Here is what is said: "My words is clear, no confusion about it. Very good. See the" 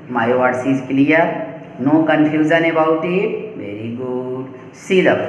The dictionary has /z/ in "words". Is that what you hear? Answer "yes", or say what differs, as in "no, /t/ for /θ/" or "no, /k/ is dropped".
no, /s/ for /z/